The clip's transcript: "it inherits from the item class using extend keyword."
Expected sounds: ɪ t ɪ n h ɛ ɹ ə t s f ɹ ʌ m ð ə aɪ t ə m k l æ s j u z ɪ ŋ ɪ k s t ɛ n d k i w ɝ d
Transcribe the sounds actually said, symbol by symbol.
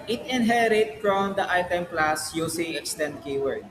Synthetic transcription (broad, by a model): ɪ t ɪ n h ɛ ɹ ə t f ɹ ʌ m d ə aɪ t ə m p l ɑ s j u s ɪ ŋ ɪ k s t ɛ n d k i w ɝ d